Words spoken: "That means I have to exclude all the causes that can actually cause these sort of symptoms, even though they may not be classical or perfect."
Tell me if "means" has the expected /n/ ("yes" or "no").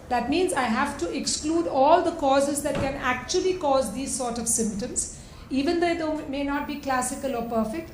yes